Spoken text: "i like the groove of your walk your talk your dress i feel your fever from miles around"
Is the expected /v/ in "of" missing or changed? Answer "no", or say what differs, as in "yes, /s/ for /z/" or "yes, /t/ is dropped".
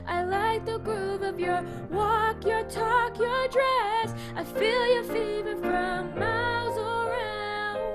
no